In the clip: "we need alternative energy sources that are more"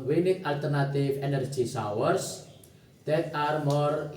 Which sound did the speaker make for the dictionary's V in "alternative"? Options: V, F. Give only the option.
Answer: F